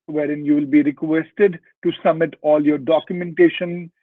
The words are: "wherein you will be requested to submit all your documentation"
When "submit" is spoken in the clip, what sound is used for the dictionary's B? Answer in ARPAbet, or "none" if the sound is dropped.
none